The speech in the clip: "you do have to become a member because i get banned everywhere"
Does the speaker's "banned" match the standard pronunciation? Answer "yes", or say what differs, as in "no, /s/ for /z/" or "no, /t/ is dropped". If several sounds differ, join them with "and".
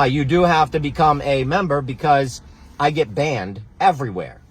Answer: yes